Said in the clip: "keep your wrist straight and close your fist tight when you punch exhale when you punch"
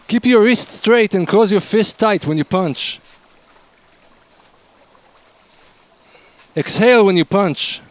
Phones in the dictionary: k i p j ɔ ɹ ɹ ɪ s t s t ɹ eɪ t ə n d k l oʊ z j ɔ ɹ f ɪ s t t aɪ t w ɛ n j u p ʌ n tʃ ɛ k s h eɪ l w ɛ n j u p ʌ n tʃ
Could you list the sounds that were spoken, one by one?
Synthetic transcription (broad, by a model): k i p j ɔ ɹ ɹ ɪ s t s t ɹ eɪ t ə n k oʊ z j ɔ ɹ f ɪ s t t aɪ t w ɛ n j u p ʌ n tʃ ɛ k s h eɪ l w ɛ n j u p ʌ n tʃ